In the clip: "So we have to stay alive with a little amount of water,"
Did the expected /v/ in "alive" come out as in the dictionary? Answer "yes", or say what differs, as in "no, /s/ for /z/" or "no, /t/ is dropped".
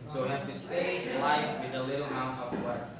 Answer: no, /f/ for /v/